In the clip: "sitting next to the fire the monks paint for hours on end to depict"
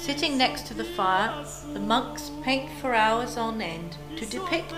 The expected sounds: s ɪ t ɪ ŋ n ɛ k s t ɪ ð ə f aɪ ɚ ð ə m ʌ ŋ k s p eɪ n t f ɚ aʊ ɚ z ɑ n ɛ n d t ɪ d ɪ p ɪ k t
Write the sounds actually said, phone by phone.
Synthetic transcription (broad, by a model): s ɪ t ɪ ŋ n ɛ k s t ɪ ð ə f aɪ ɚ ð ə m ʌ ŋ k s p eɪ n t f ɚ aʊ ɚ z n ɛ n t ɪ d ɪ p ɪ k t